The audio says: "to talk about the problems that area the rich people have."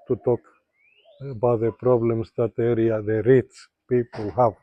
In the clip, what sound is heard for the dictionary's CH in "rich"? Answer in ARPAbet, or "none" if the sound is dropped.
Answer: S